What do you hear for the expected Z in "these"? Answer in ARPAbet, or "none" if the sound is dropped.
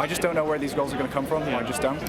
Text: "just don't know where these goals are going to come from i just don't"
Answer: Z